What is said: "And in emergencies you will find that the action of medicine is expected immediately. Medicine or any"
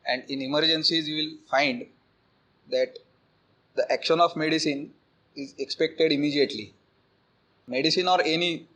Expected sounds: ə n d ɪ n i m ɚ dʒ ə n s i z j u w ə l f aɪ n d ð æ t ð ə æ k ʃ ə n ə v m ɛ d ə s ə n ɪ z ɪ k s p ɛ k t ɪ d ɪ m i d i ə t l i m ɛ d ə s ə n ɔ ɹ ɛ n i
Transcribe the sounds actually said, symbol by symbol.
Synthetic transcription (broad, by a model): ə n d ɪ n i m ɚ dʒ ə n s i z j u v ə l f aɪ n d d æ t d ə æ k ʃ ə n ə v m ɛ d ə s ə n ɪ z ɪ k s p ɛ k t ɪ d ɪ m i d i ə t l i m ɛ d ə s ə n ɔ ɹ ɛ n i